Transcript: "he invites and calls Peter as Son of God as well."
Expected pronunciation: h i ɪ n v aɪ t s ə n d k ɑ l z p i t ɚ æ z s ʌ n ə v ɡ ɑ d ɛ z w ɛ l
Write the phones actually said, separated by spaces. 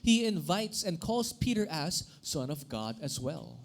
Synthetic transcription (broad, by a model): h i ɪ n v aɪ t s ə n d k ɑ l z p i t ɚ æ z s ʌ n ə v ɡ ɑ d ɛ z w ɛ l